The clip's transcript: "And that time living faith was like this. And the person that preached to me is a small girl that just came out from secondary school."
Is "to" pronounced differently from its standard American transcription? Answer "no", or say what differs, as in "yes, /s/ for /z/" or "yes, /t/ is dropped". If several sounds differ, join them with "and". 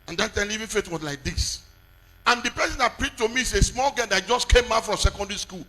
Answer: no